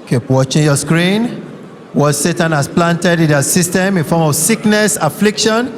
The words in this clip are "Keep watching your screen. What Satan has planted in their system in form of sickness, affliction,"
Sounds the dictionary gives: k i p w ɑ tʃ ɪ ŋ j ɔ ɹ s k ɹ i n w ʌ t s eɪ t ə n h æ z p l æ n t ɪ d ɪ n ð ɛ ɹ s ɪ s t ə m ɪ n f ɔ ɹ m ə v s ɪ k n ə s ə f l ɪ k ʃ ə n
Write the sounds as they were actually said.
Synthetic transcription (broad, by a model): k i p w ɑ tʃ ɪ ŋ j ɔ s k ɹ i n w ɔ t s eɪ t ə n h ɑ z p l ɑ n t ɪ d ɪ n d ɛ s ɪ s t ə m ɪ n f ɔ m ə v s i k n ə s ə f l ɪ k ʃ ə n